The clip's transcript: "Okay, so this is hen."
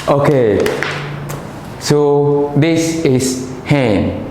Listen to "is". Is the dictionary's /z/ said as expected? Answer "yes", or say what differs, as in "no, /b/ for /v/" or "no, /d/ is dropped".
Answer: no, /s/ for /z/